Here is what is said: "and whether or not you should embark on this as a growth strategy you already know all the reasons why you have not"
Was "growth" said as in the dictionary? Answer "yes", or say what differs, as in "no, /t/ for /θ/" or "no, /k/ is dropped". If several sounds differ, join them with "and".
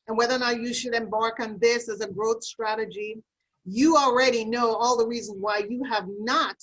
yes